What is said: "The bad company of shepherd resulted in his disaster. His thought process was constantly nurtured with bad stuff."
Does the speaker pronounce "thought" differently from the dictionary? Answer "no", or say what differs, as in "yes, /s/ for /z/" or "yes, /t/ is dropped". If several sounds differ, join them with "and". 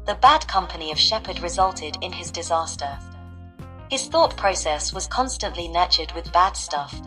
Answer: no